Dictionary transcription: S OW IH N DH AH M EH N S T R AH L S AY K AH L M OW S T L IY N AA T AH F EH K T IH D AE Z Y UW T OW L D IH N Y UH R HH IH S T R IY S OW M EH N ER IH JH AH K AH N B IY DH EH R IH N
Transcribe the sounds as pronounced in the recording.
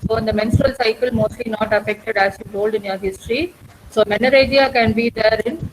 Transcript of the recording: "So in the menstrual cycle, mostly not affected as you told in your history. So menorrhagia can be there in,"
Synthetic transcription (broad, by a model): S OW IH N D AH M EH N S T R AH L S AY K AH L M OW S T L IY N AA T AH F EH K T IH D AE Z Y UW T OW L D IH N Y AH R HH IH S T R IY S OW M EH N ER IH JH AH K AH N B IY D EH R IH N